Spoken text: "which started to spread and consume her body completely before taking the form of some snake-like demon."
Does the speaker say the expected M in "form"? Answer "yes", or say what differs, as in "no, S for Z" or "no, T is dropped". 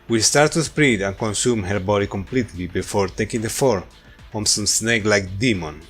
no, M is dropped